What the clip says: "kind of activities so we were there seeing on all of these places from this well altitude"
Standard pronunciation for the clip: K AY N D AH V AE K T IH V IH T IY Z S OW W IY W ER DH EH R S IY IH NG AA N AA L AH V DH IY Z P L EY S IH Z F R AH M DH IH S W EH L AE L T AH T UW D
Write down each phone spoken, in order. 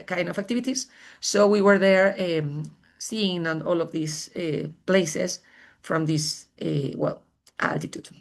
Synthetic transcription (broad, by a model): K AY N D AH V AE K T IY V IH T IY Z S OW W IY W ER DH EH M S IY IH NG AA N AA L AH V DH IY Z P L EY S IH S F R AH M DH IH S W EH L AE L T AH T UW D